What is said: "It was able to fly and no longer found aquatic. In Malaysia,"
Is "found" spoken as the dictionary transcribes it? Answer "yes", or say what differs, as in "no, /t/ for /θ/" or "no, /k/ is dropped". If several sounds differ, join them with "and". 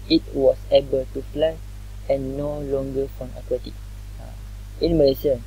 no, /d/ is dropped